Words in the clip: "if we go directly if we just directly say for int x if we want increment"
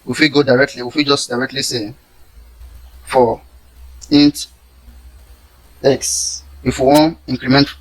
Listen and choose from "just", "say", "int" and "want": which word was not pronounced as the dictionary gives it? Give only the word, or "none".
want